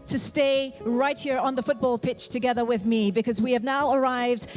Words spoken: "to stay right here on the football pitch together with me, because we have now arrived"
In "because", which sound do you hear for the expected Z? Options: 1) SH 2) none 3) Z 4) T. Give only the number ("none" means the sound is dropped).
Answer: 3